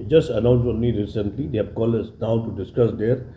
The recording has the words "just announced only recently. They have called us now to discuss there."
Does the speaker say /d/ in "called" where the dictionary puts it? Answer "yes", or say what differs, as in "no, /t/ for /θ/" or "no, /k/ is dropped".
no, /d/ is dropped